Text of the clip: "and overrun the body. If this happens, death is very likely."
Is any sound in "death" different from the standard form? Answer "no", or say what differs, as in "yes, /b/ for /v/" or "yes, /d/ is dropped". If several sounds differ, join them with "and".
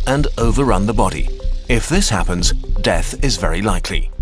no